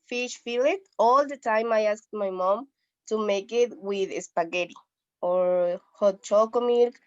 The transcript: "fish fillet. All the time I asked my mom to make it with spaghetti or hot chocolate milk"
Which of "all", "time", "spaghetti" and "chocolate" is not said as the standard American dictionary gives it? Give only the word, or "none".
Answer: chocolate